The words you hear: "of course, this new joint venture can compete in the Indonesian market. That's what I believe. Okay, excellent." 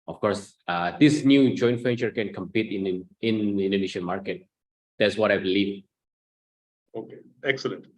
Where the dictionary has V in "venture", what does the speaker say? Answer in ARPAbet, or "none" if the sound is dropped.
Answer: F